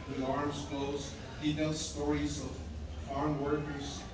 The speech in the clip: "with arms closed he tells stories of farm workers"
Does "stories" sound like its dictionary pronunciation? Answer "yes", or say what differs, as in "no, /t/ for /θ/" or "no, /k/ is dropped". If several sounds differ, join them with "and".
yes